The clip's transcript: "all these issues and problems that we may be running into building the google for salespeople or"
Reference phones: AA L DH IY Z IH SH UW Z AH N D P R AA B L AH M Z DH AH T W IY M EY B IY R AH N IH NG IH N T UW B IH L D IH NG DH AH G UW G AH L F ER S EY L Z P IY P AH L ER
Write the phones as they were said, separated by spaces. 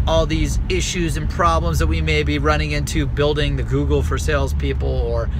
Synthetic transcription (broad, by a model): AA L DH IY Z IH SH UW Z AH N P R AA B L AH M Z DH AH T W IY M EY B IY R AH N IH NG IH N T UW B IH L D IH NG DH AH G UW G L F ER S EY L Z P IY P L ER